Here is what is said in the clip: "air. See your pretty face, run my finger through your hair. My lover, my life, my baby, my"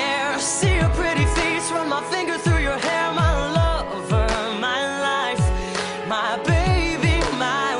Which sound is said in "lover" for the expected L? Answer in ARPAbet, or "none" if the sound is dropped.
L